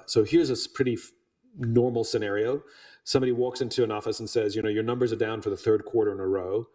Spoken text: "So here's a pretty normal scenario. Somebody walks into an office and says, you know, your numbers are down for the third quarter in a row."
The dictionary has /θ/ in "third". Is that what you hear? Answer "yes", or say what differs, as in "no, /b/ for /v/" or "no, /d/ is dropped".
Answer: yes